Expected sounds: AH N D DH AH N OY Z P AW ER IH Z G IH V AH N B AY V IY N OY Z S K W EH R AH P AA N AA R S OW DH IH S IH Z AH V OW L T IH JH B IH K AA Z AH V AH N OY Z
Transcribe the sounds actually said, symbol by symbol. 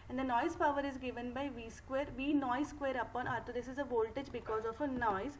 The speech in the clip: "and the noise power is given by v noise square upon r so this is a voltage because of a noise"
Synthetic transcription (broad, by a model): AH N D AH N OY Z P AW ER IH Z G IH V AH N B AY V IY N OY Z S K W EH R AH P AA N AA R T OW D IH S IH Z AH V OW L T IH JH B IH K AA Z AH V AH N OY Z